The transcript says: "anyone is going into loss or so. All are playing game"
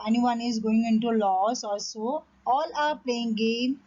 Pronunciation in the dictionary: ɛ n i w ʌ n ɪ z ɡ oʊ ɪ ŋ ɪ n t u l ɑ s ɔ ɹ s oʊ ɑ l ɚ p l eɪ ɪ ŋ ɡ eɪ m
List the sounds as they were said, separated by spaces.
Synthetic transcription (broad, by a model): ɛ n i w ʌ n ɪ z ɡ oʊ ɪ ŋ ɪ n t u l ɑ s ɔ l s oʊ ɑ l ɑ p l eɪ ɪ ŋ ɡ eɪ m